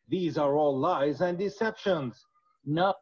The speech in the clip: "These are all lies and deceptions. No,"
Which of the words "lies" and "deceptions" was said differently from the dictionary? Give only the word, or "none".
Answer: none